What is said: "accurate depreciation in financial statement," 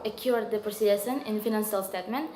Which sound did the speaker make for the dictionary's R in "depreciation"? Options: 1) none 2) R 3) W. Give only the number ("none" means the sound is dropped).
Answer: 1